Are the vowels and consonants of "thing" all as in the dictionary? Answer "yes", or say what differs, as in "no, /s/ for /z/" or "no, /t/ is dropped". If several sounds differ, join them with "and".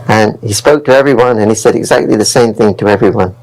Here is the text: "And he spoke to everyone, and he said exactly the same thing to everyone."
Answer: yes